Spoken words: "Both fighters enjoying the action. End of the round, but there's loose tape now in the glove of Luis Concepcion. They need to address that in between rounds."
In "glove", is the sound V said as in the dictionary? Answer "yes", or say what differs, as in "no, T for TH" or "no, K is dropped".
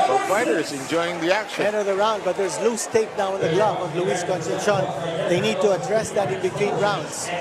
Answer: no, B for V